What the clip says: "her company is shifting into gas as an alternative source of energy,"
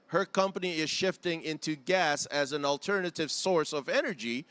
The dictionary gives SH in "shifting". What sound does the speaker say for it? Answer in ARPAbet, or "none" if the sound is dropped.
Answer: SH